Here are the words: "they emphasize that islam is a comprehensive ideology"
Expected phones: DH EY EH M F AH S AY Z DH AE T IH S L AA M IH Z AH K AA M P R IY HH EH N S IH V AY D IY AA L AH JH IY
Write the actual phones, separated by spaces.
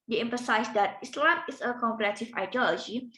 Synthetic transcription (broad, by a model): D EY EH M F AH S AY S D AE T IH S L AA M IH S AH K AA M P IY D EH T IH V AY D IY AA L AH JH IY